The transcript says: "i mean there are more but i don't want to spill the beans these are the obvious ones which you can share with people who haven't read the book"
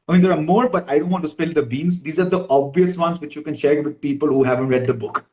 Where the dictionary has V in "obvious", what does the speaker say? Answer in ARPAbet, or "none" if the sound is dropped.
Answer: V